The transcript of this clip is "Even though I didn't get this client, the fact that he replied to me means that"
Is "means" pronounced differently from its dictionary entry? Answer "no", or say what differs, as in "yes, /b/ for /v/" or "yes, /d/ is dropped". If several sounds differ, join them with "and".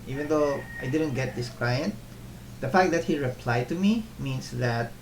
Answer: yes, /s/ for /z/